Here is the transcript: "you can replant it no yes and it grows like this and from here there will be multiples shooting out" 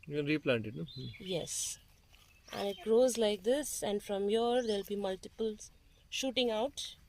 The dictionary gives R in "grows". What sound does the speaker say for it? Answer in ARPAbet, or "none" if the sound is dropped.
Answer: R